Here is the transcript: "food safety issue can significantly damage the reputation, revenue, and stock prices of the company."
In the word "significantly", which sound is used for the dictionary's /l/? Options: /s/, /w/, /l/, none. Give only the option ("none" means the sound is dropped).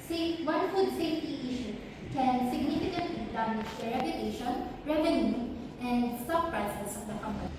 none